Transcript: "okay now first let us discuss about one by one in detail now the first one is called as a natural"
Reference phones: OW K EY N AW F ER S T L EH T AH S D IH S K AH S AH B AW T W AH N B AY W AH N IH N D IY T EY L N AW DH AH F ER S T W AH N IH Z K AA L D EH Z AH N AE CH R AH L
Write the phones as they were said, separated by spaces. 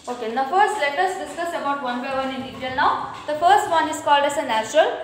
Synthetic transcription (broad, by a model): OW K EY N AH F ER S T L EH T AH S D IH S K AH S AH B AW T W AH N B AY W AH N IH N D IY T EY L N AW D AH F ER S T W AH N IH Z K AA L D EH S AH N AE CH R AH L